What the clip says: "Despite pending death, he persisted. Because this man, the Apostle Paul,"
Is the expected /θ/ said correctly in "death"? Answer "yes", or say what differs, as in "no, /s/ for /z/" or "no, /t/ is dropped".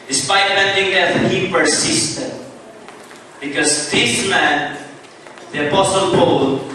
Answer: no, /t/ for /θ/